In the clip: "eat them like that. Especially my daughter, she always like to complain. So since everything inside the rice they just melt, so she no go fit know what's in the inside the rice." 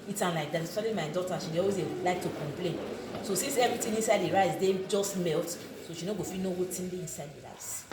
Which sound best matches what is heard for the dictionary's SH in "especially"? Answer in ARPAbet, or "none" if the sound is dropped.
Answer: none